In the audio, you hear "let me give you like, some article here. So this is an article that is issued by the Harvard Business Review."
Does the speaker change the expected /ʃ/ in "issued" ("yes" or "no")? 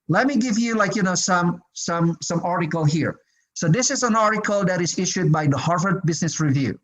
no